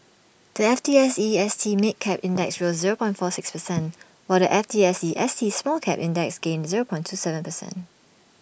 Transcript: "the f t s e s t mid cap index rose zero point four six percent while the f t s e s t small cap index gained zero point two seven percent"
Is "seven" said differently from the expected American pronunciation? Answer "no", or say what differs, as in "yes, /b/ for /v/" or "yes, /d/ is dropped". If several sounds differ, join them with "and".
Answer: no